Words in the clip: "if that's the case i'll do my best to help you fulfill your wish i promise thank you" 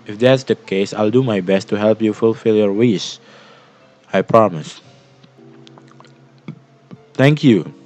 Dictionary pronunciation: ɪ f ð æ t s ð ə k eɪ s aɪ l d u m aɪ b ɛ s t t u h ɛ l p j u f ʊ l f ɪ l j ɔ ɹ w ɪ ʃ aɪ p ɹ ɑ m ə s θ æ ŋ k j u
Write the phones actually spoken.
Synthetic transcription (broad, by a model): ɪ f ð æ t s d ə k eɪ s aɪ l d u m aɪ b ɛ s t t u h ɛ l p j u f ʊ l f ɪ l j ɔ ɹ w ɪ s aɪ p ɹ ɑ m ə s t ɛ ŋ k j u